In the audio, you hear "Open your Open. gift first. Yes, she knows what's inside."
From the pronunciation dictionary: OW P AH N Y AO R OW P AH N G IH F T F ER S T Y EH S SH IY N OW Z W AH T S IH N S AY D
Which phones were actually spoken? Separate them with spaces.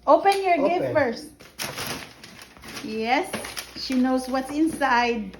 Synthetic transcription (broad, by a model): OW P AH N Y AO R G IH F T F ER S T Y EH S SH IY N OW S W AH T S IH N S AY D